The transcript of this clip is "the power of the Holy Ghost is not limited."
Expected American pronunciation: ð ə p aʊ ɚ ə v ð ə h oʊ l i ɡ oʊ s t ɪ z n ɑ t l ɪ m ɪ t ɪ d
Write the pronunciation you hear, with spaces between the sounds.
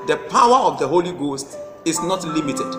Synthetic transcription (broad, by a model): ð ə p aʊ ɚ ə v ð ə h oʊ l i ɡ oʊ s t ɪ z n ɑ t l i m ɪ t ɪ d